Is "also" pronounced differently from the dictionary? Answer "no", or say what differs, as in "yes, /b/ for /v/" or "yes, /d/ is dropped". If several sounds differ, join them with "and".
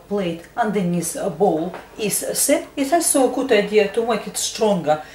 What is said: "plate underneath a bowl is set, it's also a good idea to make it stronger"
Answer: yes, /l/ is dropped